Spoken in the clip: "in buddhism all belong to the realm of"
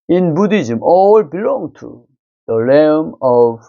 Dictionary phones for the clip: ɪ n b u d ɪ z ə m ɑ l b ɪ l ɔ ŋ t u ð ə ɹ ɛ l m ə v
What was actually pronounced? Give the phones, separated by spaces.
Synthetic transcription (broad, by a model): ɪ n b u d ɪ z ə m ɑ l b ɪ l ɔ ŋ t u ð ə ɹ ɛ m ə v